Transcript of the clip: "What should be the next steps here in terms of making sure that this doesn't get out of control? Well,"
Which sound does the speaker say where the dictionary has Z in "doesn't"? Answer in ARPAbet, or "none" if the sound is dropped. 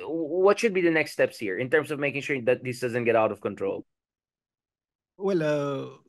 Z